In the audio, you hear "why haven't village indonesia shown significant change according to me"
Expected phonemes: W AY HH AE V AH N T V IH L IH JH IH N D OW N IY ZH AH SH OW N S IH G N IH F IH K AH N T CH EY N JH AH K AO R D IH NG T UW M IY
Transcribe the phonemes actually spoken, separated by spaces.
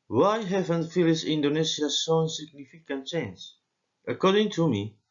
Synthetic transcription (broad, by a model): W AY HH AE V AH N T F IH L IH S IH N D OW N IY S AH S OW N S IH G N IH F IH K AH N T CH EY N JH AH K AO R D IH NG T UW M IY